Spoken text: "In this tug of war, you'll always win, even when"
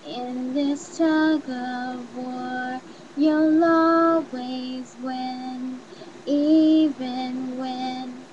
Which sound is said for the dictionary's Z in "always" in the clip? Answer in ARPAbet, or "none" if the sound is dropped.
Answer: Z